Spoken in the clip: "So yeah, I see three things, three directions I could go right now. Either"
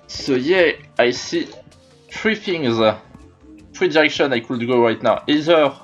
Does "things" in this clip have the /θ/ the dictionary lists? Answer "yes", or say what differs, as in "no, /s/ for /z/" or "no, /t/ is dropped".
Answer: no, /f/ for /θ/